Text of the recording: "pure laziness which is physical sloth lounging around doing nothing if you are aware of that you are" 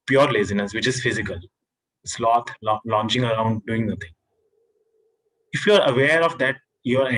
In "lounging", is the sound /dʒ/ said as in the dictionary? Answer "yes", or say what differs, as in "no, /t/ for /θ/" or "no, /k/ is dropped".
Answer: no, /tʃ/ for /dʒ/